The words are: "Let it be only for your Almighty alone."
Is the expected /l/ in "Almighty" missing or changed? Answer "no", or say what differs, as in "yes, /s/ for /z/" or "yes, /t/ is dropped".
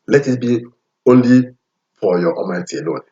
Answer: yes, /l/ is dropped